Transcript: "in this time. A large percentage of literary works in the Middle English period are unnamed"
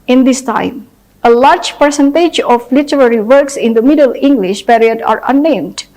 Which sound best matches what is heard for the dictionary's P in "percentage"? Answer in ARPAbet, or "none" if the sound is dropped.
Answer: P